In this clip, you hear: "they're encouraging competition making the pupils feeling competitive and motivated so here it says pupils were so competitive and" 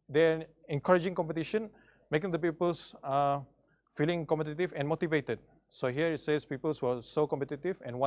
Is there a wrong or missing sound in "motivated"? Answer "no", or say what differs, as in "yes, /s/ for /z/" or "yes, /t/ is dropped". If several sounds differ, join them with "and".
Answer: no